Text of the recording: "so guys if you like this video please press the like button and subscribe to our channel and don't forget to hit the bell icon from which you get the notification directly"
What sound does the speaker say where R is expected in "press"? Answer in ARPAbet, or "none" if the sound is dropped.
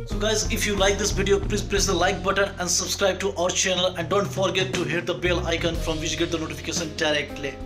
L